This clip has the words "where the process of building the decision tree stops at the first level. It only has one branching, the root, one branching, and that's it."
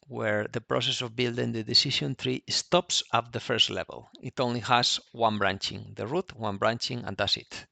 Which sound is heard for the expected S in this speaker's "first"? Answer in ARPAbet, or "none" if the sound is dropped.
S